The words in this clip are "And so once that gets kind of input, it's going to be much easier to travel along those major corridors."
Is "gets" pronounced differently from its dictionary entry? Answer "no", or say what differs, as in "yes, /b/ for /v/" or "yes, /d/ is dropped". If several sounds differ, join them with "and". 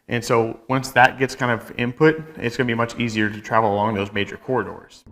no